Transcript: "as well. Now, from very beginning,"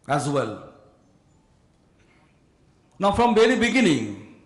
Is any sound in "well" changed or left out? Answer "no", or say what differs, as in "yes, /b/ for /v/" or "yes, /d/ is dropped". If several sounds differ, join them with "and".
no